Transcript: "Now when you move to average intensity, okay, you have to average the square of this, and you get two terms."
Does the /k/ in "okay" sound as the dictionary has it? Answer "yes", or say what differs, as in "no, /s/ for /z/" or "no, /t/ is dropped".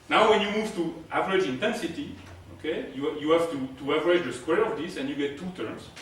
yes